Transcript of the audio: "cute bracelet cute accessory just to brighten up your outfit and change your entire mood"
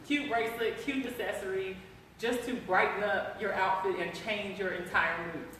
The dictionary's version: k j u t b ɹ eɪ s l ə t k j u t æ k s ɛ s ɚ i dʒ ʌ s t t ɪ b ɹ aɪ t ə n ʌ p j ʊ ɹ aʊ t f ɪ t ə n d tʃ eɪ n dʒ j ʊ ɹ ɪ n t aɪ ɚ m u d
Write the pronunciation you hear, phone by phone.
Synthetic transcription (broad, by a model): k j u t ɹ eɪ s l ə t k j u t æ s ɛ s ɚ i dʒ ʌ s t t ɪ b ɹ aɪ t n ʌ p j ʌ ɹ aʊ t f ɪ t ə n tʃ eɪ n dʒ j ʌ ɹ ɪ n t aɪ ɚ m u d